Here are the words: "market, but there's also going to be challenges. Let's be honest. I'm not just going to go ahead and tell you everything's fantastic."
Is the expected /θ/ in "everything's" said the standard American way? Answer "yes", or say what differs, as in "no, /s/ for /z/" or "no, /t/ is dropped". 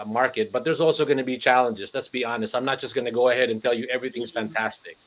yes